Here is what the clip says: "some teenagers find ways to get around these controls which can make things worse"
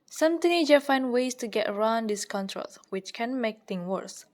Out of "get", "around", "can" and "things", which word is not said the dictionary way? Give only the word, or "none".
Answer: things